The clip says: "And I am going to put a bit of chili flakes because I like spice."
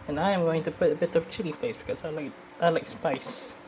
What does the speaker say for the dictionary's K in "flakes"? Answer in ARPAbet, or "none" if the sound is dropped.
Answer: none